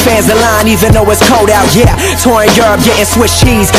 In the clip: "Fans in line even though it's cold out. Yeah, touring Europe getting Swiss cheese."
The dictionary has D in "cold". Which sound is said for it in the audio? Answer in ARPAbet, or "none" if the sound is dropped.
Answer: D